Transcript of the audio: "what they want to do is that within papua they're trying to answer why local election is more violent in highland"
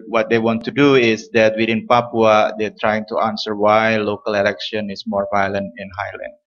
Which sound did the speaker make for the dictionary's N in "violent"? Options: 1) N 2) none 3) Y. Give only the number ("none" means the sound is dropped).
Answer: 1